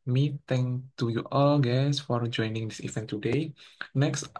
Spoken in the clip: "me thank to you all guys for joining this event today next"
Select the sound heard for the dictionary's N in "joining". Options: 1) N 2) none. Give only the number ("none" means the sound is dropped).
1